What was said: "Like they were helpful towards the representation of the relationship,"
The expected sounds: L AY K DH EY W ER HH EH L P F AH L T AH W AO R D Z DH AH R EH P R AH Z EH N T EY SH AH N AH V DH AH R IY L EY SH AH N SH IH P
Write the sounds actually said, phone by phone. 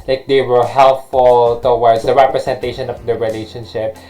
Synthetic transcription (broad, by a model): L AY K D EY W ER HH EH L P F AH L T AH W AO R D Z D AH R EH P R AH S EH N T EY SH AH N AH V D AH R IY L EY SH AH N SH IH P